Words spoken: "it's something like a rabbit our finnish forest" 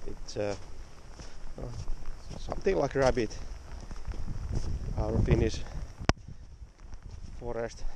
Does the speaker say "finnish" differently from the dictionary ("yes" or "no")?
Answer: yes